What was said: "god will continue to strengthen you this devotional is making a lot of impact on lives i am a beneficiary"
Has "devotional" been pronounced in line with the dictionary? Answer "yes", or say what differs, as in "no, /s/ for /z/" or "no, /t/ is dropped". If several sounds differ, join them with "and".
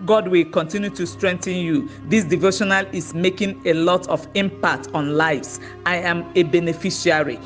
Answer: yes